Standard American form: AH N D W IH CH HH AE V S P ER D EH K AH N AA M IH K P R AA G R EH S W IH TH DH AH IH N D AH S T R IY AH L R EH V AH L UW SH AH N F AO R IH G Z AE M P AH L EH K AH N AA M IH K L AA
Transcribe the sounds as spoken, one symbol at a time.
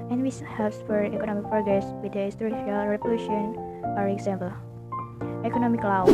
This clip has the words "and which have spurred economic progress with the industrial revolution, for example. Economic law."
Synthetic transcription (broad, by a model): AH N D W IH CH HH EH P S F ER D EH K AH N AA M IH K P R AA G R EH S W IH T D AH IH S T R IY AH L R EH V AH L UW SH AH N F AO R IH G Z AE M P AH L EH K AH N AA M IH K L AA